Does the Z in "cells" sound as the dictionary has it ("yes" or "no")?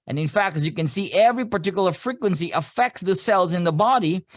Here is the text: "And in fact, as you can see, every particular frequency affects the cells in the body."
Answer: yes